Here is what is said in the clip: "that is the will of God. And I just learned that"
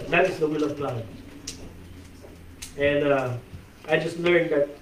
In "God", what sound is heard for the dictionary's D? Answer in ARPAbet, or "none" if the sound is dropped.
none